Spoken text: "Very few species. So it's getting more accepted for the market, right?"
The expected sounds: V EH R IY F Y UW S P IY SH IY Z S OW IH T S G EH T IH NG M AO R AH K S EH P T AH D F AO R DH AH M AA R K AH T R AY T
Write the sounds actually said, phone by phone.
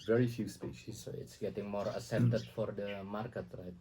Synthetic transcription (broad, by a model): V EH R IY F Y UW S P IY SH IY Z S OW IH T S G EH T IH NG M AO R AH S EH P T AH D F AO R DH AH M AA R K AH T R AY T